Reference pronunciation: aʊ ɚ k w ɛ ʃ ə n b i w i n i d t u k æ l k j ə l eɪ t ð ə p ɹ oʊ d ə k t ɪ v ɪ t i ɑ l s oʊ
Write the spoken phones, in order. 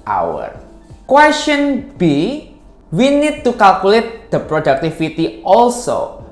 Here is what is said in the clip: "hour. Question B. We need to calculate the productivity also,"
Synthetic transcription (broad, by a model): aʊ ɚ k w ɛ s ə n b i w i n i d t u k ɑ l k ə l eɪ t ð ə p ɹ oʊ d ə k t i f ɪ t i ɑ l s oʊ